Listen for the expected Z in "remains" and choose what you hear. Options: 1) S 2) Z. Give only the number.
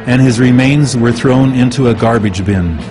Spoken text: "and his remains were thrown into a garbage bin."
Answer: 2